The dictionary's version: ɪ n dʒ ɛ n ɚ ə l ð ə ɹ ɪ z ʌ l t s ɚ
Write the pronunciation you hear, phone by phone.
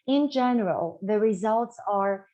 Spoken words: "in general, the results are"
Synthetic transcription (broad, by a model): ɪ n dʒ ɛ n ɚ ə l ð ə ɹ ɪ z ʌ l t s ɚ